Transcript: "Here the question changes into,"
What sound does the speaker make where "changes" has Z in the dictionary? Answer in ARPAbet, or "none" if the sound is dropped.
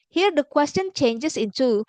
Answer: S